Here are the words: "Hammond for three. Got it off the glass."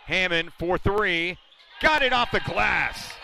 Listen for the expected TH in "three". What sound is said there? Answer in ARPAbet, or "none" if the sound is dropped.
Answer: TH